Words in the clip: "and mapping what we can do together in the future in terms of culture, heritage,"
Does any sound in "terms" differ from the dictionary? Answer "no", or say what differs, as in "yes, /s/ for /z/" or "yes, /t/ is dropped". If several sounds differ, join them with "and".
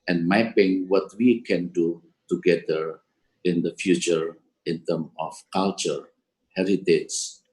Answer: yes, /z/ is dropped